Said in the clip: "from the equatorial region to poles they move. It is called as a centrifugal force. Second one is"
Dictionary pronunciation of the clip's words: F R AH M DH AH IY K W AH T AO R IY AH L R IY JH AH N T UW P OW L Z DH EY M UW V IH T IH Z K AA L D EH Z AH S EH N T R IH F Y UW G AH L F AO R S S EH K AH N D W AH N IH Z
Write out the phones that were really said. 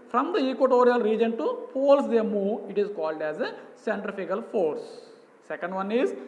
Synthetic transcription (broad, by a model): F R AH M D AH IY K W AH T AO R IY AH L R IY JH AH N T UW P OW L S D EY M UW IH T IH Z K AA L D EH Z AH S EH N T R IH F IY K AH L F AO R S S EH K AH N D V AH N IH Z